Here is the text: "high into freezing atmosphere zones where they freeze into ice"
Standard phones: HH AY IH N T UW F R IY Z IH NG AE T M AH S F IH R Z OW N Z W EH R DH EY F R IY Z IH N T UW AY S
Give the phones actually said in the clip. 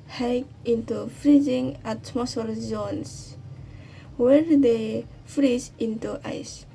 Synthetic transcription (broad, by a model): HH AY IH N T UW F R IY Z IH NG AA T M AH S AH L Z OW N S W EH R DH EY F R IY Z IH N T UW AY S